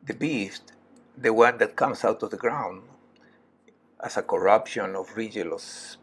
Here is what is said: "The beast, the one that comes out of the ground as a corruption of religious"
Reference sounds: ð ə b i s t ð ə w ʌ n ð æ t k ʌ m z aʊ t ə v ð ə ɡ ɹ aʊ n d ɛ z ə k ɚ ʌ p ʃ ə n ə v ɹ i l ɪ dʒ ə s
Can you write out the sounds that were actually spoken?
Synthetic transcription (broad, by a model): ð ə b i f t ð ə w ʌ n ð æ t k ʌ m s aʊ t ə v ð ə ɡ ɹ aʊ n d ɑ s ə k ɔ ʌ p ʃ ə n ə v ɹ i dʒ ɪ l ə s